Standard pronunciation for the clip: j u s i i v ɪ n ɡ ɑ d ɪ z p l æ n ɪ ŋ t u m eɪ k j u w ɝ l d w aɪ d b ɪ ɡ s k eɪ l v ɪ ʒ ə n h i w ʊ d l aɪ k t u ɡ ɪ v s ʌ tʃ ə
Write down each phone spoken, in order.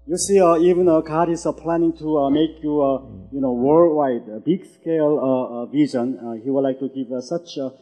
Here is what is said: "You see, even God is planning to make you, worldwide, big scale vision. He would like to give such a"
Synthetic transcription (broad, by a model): j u s i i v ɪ n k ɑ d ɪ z p l æ n ɪ ŋ t u m eɪ k j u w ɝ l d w aɪ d b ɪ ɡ s k eɪ l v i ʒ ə n h i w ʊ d l aɪ k t u ɡ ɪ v s ʌ tʃ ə